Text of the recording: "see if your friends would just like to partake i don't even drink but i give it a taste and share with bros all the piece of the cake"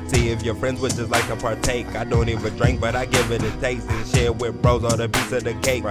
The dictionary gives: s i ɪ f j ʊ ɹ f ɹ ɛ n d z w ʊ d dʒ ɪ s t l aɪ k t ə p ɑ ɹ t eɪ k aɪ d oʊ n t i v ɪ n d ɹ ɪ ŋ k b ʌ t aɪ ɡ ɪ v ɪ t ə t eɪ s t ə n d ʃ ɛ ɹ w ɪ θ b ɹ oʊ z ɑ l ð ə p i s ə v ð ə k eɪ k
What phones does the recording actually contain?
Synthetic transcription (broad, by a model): s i ɪ f j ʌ ɹ f ɹ ɛ n d z w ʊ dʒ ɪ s l aɪ k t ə p ɑ ɹ t eɪ k aɪ d oʊ n t i v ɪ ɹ d ɹ ɪ ŋ k b ʌ t aɪ ɡ ɪ v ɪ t ə t eɪ s t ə n ʃ ɛ ɹ w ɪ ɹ b ɹ oʊ z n ð ə b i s ə v ð ə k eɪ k